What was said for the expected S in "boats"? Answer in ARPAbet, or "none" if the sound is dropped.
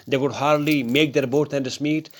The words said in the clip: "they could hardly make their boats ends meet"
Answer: none